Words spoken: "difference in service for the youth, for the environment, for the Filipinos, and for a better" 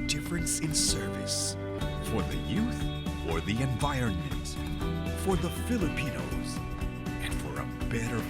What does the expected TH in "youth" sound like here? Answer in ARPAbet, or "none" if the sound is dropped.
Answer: TH